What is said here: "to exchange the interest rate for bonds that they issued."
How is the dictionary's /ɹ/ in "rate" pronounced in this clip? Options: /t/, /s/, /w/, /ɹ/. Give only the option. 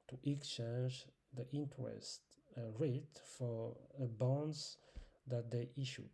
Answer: /ɹ/